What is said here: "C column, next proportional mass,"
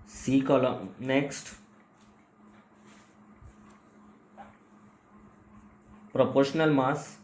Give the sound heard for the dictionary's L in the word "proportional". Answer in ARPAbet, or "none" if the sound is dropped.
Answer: L